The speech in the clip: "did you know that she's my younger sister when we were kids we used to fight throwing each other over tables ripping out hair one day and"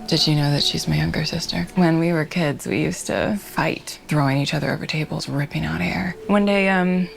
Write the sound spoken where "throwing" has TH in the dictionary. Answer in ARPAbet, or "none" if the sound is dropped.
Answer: TH